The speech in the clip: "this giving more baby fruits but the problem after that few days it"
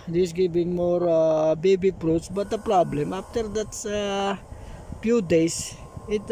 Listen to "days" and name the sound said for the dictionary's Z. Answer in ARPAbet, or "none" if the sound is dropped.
S